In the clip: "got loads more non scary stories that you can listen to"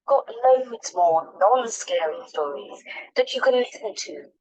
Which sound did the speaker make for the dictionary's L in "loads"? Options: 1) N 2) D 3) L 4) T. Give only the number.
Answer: 1